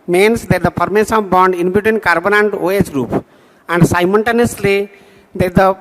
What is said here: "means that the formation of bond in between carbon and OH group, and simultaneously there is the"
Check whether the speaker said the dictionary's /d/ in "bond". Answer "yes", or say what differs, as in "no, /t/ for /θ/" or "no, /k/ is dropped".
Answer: yes